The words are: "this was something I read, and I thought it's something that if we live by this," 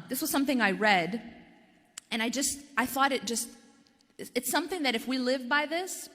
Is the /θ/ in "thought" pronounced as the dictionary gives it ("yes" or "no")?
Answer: yes